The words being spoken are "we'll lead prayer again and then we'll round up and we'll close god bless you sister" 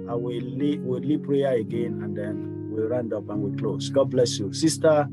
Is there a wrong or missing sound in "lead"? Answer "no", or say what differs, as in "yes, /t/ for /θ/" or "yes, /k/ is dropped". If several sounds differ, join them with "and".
yes, /w/ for /l/